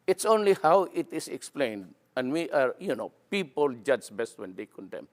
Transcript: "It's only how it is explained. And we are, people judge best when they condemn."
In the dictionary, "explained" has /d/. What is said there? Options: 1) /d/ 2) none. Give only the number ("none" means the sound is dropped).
1